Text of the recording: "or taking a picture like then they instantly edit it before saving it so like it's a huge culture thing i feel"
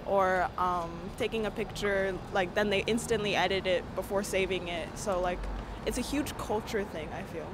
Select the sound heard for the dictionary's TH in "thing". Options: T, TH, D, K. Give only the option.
TH